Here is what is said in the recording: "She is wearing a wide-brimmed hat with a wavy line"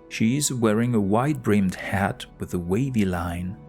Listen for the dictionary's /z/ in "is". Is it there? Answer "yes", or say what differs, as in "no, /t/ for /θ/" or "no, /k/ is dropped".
yes